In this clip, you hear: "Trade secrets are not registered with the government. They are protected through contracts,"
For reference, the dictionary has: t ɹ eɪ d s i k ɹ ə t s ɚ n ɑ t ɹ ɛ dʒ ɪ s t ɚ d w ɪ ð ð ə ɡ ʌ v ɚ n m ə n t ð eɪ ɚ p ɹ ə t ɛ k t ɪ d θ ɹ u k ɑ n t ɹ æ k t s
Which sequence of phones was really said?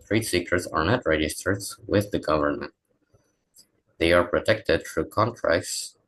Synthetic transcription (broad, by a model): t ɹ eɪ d s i k ə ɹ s ɚ n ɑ t ɹ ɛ dʒ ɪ s t ɚ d w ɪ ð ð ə ɡ ʌ v ɚ n m ə n t ð eɪ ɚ p ɹ ə t ɛ k t ɪ d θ ɹ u k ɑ n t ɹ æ k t s